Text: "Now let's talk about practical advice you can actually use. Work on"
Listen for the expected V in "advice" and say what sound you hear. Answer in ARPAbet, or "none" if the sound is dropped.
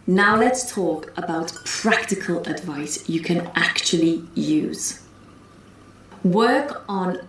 V